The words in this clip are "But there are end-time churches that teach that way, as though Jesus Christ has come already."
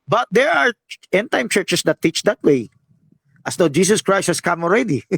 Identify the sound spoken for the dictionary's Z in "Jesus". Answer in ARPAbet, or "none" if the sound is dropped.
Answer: S